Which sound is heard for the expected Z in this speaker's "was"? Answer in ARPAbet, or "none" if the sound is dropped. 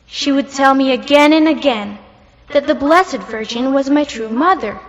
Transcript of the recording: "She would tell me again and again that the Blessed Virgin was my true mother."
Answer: Z